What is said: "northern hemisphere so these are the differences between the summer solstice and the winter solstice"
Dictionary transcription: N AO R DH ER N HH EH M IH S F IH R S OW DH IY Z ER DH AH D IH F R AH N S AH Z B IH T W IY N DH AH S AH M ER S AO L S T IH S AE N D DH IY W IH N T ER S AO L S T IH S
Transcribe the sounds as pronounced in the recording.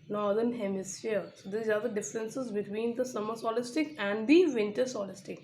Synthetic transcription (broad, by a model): N AO R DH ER N HH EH M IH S IH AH S OW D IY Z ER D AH D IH F R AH N S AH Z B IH T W IY N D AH S AH M ER S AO L S T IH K AE N D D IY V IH N T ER S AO L S T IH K